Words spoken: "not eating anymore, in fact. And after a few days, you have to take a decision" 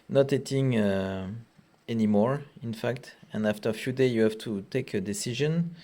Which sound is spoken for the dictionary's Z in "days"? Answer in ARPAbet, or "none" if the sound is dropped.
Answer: none